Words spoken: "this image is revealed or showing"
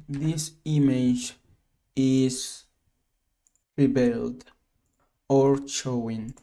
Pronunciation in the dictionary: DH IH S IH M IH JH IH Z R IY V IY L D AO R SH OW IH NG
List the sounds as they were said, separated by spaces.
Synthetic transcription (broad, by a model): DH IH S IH M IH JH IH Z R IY B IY L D AO R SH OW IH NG